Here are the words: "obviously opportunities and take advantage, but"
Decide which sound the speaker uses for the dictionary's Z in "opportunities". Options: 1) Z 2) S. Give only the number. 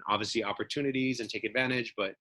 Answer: 1